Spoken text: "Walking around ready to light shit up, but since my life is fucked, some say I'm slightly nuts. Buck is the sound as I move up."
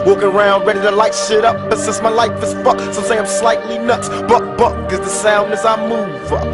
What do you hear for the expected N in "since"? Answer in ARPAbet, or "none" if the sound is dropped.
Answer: none